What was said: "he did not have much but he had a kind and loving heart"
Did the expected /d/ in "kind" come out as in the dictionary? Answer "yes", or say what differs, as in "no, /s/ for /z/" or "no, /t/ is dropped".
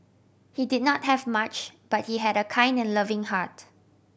yes